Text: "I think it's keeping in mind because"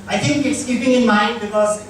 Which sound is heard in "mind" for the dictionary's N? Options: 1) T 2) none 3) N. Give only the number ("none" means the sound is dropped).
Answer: 3